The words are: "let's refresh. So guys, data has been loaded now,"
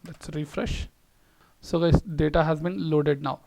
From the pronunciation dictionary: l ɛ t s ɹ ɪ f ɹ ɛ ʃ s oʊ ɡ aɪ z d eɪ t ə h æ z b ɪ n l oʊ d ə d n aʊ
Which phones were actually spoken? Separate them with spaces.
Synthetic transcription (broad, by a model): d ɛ t s ɹ ɪ f ɹ ɛ ʃ s oʊ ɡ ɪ d eɪ t ə h æ z b ɪ n l oʊ d ə d n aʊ